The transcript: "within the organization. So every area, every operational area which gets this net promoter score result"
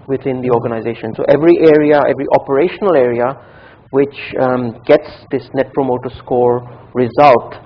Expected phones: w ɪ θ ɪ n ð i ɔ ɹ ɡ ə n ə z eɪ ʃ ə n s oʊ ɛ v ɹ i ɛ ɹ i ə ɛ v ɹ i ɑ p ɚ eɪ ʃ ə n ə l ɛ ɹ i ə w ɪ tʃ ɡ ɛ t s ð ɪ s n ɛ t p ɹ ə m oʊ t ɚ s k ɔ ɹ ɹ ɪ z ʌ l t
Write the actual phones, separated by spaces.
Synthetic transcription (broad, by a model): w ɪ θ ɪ n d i ɔ ɹ ɡ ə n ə z eɪ ʃ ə n s oʊ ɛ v ɹ i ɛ ɹ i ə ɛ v ɹ i ɑ p ɚ eɪ ʃ ə n ə l ɛ ɹ i ə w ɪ tʃ ɡ ɛ t s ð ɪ s n ɛ t p ɹ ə m oʊ t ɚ s k ɔ ɹ ɹ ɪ z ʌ l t